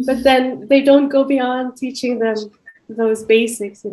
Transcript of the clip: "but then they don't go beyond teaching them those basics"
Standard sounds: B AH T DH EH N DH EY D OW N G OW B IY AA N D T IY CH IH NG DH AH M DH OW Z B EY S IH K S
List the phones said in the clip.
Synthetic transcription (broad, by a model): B AH T DH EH N DH EY D OW N G OW B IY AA N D T IY CH IH NG DH AH M DH OW Z B EY S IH K S